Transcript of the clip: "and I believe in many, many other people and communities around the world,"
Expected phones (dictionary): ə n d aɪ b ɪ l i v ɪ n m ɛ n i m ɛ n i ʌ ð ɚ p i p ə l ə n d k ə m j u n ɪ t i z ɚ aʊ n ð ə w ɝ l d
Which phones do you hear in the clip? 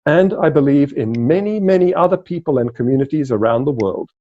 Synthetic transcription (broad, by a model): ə n aɪ b ɪ l i v ɪ n m ɛ n i m ɛ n i ʌ ð ɚ p i p ə l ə n k ə m j u n ɪ t i z ɚ aʊ n ð ə w ɝ l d